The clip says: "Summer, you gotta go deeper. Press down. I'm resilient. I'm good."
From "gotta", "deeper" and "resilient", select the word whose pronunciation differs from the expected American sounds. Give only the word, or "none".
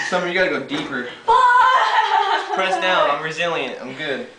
none